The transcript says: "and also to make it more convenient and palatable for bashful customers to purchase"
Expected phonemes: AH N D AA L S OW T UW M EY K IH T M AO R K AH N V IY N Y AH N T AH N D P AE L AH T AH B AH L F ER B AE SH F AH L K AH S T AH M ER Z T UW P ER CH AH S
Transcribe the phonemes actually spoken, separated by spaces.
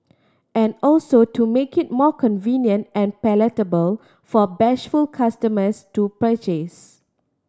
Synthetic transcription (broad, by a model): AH N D AA L S OW T UW M EY K IH T M AO K AH N V IY N Y AH N T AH N P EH L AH T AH B AH L F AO B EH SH F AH L K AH S T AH M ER S T UW P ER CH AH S